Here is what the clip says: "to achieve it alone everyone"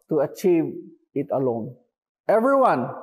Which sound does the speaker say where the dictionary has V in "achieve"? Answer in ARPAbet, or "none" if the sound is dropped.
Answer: V